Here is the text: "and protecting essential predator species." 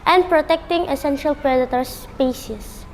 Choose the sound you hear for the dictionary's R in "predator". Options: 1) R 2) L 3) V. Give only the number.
1